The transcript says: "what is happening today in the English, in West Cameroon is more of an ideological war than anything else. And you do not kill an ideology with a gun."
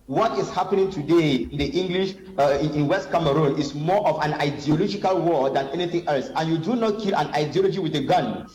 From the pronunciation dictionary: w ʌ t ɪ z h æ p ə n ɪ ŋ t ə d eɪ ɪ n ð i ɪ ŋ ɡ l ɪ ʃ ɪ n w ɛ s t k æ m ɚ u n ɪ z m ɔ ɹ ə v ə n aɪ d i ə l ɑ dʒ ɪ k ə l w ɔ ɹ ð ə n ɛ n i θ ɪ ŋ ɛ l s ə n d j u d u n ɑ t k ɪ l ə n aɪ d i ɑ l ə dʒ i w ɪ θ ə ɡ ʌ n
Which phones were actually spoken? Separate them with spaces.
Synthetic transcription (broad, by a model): w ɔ t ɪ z h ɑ p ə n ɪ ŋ t ə d eɪ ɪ n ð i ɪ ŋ ɡ l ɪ ʃ ɪ n w ɛ s t k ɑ m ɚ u n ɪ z m ɔ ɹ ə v ə n aɪ d i ə l ɑ dʒ ɪ k ə l w ɔ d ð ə n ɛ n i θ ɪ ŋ ɛ l s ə n j u d u n ɑ t k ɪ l ə n aɪ d i ɑ l ə dʒ i w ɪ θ ə ɡ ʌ n